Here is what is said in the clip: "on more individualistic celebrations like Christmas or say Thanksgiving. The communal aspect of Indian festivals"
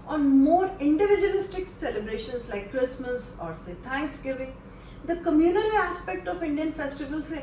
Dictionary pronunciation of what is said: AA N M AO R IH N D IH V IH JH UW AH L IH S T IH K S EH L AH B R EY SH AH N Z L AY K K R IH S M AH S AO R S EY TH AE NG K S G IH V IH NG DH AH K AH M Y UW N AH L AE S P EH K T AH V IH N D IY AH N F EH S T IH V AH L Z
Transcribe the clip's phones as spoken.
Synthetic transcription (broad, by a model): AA N M AO R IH N D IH V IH JH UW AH L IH S T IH K S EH L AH B R EY SH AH N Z L AY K K R IH S M AH S AO R S EY T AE NG K S G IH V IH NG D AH K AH M Y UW N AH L AE S P EH K T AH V IH N D IY AH N F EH S T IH V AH L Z